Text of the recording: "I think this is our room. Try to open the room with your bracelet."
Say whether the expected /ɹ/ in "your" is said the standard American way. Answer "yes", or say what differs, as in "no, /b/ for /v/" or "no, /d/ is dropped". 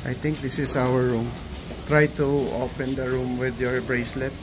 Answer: yes